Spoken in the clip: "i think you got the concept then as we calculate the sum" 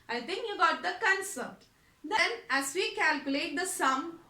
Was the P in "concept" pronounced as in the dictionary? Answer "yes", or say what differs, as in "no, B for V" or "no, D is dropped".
no, P is dropped